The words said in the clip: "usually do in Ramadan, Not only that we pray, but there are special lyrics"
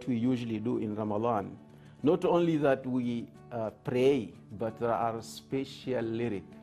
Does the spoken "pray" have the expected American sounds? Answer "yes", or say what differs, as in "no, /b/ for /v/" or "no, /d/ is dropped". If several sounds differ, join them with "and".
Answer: yes